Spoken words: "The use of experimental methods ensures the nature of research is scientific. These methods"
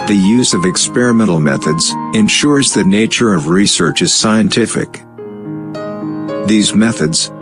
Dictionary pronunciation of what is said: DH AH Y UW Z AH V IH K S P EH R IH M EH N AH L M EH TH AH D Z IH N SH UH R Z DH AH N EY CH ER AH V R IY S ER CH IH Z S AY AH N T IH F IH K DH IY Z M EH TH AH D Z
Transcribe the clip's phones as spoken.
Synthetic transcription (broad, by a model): DH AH Y UW Z AH V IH K S P EH R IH M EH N L M EH TH AH D Z IH N SH UH R Z DH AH N EY CH ER AH V R IY S ER CH IH Z S AY AH N T IH F IH K DH IY Z M EH TH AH D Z